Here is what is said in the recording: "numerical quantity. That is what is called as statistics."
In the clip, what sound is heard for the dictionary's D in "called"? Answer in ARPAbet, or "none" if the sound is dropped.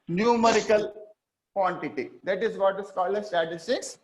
none